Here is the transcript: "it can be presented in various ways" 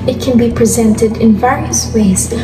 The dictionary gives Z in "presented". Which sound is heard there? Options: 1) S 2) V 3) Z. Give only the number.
3